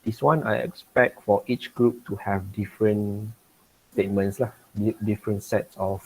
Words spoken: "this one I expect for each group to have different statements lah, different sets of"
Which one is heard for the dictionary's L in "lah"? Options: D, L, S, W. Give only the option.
L